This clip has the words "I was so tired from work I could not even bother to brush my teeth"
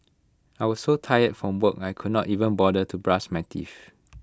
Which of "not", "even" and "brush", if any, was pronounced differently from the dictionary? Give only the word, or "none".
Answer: brush